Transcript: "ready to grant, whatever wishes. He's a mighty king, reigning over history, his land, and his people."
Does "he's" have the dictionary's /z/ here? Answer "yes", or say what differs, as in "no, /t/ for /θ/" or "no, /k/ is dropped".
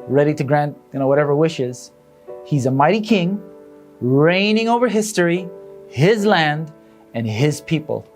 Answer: yes